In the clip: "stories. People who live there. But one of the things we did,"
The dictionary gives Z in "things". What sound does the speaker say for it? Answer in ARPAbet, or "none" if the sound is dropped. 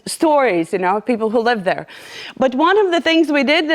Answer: Z